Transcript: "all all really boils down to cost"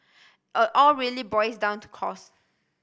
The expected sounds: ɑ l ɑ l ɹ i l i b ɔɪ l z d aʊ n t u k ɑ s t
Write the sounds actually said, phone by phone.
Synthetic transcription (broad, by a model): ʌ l ɑ l ɹ i l i b ɔɪ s d aʊ n t u k ɑ s